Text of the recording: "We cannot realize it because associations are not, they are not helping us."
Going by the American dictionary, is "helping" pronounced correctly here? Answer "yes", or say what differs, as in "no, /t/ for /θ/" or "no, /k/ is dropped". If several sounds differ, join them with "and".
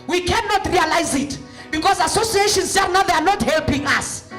yes